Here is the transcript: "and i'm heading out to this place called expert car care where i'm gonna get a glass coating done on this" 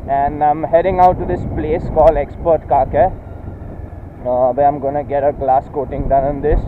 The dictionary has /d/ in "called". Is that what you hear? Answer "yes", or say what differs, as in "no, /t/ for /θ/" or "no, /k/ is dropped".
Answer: no, /d/ is dropped